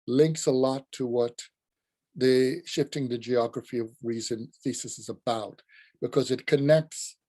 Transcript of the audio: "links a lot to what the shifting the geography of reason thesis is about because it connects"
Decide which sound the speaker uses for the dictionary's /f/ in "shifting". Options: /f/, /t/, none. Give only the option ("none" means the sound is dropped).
/f/